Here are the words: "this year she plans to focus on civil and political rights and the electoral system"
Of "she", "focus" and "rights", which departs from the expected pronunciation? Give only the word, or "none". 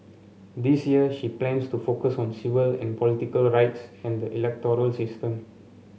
none